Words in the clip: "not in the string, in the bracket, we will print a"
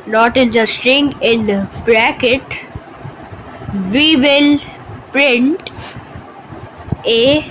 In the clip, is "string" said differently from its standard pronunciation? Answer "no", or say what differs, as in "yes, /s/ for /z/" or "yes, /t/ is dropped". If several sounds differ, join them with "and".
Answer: yes, /ɹ/ is dropped